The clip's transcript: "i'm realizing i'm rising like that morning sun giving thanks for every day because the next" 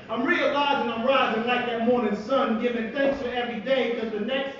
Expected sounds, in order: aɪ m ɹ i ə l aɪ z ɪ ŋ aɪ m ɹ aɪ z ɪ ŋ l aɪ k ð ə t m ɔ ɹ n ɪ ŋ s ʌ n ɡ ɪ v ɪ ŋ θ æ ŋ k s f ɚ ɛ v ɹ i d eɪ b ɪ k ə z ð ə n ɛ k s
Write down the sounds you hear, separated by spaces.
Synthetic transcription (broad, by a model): aɪ m ɹ i ə l aɪ z ɪ ŋ aɪ m ɹ aɪ z ɪ ŋ l aɪ k ð ə t m ɔ ɹ n ɪ ŋ s ʌ n ɡ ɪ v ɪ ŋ θ æ ŋ k s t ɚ ɛ v ɹ i d eɪ ɪ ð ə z ð ə n ɛ k s